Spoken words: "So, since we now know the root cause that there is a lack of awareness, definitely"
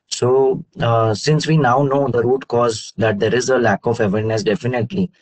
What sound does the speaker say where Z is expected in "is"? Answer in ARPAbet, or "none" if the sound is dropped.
Z